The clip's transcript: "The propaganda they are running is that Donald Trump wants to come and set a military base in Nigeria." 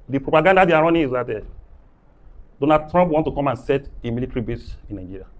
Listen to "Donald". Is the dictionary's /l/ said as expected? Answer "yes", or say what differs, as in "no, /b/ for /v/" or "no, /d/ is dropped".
no, /l/ is dropped